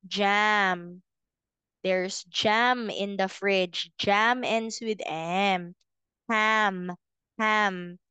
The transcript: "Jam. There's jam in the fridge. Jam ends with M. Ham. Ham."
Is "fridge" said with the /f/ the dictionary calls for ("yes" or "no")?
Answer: yes